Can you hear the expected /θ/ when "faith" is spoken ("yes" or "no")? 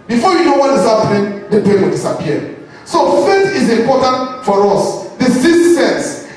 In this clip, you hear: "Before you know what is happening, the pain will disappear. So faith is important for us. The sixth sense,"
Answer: no